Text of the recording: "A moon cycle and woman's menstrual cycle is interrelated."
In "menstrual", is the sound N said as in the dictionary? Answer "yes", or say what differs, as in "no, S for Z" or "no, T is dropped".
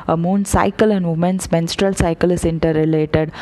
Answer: yes